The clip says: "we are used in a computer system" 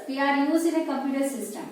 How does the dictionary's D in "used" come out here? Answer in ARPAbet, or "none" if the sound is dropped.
none